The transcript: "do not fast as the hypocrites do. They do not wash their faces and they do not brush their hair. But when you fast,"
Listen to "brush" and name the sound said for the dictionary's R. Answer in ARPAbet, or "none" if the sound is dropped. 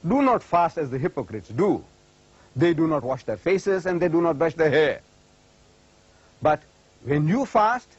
none